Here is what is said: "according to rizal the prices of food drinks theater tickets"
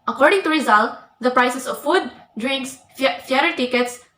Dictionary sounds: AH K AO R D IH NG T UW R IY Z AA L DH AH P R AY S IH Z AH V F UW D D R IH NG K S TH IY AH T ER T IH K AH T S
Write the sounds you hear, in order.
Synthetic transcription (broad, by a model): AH K AO R D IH NG T UW R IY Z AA L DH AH P R AY S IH S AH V F UW D D R IH NG K S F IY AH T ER T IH K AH T S